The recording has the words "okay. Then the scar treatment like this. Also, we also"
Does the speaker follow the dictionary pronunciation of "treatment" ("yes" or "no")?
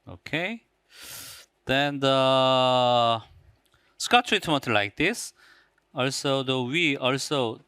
no